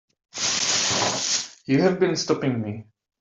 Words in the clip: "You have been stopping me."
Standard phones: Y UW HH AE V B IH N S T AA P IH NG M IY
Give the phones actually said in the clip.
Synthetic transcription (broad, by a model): Y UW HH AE V B IH N S T AA P IH NG M IY